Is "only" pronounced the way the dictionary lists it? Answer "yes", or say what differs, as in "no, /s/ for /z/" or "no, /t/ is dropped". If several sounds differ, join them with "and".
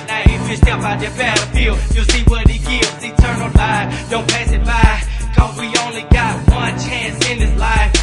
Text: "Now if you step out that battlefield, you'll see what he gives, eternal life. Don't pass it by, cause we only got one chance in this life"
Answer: yes